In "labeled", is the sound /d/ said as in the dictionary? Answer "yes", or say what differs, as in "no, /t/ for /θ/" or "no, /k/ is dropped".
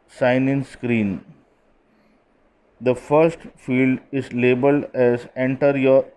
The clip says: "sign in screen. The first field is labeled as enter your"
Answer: yes